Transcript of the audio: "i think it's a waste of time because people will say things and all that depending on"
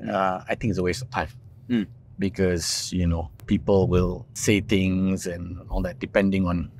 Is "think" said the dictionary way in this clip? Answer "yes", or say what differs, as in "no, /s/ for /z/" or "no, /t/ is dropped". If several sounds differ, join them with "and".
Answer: no, /t/ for /θ/